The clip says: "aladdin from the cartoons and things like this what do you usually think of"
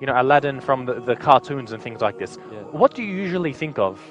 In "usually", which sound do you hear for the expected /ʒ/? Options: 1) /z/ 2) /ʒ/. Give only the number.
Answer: 2